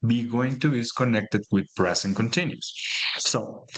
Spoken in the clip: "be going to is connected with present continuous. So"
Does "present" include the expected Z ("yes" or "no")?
no